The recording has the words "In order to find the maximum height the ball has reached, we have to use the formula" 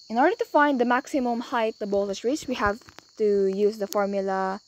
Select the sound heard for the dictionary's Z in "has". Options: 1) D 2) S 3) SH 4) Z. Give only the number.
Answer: 2